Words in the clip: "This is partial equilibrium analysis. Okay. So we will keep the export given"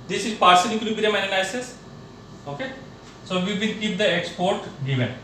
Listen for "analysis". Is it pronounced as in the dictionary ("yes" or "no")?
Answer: no